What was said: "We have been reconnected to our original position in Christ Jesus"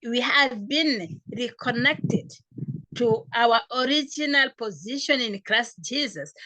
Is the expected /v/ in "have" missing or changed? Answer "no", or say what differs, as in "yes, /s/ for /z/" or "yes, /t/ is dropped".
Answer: no